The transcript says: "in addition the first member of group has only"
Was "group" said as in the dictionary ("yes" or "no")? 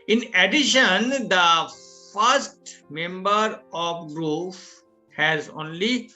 no